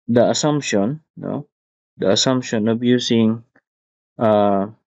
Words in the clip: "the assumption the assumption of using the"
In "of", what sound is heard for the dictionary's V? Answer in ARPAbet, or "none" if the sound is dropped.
B